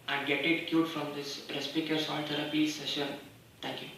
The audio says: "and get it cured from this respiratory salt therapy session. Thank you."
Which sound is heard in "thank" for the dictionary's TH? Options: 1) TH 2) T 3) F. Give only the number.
2